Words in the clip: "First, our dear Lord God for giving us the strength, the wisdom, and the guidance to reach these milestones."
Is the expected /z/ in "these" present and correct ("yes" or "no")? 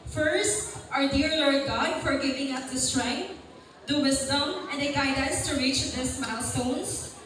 no